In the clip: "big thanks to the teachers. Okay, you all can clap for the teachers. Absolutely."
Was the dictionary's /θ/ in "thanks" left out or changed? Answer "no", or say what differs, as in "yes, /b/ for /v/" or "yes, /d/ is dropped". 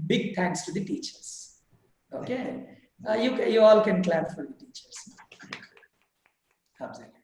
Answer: yes, /t/ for /θ/